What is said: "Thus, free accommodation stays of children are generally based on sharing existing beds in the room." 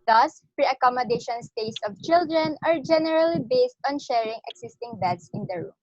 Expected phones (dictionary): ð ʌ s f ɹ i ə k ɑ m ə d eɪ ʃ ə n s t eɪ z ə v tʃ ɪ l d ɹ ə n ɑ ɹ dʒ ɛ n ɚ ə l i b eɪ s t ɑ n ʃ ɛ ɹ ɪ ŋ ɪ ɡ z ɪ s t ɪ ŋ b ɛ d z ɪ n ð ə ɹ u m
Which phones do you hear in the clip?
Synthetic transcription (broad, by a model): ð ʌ s p ɹ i ə k ɑ m ə d eɪ ʃ ə n s t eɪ s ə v tʃ ɪ l d ɹ ə n ɑ ɹ dʒ ɛ n ɚ ə l i b eɪ s t ɑ n ʃ ɛ ɹ ɪ ŋ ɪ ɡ s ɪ s t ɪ ŋ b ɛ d s ɪ n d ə ɹ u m